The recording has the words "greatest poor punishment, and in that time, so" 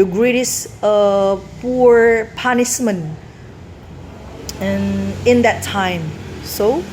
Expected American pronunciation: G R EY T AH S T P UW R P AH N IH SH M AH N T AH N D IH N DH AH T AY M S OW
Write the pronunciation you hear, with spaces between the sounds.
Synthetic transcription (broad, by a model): G R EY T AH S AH P UW R P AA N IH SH M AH N AH N IH N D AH T AY M S OW